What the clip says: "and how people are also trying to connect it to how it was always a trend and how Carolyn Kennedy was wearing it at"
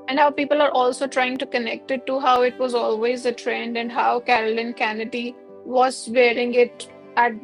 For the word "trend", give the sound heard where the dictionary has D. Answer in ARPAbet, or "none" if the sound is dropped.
D